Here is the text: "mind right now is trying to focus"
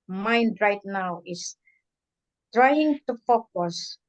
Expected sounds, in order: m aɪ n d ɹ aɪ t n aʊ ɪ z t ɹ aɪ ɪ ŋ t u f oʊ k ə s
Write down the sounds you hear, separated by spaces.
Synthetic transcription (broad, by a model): m aɪ n d ɹ aɪ t n aʊ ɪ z t ɹ aɪ ɪ ŋ t u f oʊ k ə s